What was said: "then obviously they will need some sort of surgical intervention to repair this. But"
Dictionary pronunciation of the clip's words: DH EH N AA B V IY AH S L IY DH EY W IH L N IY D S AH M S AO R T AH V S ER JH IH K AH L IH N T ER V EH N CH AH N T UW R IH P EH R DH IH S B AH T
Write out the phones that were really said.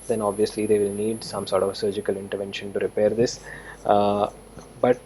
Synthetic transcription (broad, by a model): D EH N AA B V IY AH S L IY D EY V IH L N IY D S AH M S AO R T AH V S ER JH IH K AH L IH N T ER V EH N SH AH N T UW R IH P EH R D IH S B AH T